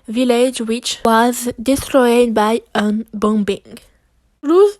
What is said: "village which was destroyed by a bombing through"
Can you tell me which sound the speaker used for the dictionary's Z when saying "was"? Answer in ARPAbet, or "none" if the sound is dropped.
Z